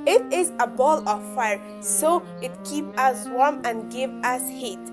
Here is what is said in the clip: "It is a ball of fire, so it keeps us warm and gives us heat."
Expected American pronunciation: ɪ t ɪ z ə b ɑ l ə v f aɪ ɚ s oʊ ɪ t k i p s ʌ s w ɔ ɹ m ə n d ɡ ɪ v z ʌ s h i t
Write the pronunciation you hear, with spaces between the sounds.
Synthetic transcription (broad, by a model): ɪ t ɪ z ə b ɑ l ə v f aɪ ɚ s oʊ ɪ t k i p ʌ s w ɔ ɹ m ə n ɡ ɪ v ʌ s h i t